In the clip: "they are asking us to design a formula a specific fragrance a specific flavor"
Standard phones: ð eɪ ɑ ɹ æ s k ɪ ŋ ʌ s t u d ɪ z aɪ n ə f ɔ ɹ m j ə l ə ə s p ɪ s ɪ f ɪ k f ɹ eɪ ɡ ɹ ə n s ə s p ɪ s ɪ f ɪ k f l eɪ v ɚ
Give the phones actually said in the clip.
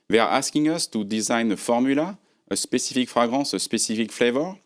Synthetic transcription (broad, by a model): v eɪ ɹ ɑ s k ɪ ŋ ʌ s t u d ɪ z aɪ n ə f ɔ ɹ m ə l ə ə s p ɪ s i f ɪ k f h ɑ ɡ ɹ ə s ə s p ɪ s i f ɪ k f l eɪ v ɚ